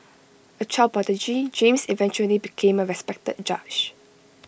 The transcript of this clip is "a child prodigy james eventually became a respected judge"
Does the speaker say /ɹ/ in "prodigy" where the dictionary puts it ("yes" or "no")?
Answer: no